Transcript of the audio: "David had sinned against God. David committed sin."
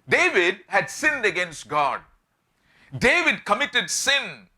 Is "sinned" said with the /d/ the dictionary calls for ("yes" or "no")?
yes